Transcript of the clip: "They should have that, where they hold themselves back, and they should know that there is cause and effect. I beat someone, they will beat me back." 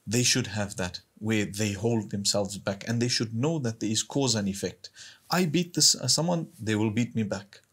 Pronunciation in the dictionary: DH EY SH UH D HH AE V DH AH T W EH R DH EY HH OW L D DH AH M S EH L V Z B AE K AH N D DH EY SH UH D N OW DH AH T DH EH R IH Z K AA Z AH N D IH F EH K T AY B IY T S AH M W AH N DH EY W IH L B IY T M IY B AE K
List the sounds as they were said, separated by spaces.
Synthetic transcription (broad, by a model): DH EY SH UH D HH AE V DH AH T W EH R DH EY HH OW L D DH AH M S EH L V Z B AE K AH N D DH EY SH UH D N OW DH AH T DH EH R IH Z K AA Z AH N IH F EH K T AY B IY T S AH M W AH N DH EY W IH L B IY T M IY B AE K